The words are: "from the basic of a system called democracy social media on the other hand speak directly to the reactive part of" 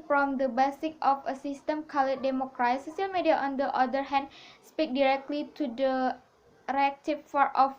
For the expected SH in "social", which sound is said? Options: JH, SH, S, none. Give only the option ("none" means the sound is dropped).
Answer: none